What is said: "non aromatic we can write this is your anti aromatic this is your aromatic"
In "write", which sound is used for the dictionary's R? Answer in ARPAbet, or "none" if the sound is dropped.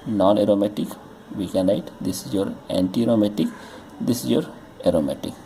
L